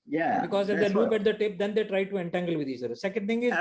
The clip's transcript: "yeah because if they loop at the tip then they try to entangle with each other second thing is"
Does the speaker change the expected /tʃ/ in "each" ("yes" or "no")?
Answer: yes